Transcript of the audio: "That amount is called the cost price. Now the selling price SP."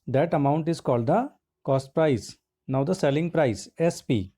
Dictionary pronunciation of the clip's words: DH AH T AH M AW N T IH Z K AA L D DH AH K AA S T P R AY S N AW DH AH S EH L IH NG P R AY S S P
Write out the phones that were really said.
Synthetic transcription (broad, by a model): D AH T AH M AW N T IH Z K AA L D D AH K AA S T P R AY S N AW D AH S EH L IH NG P R AY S S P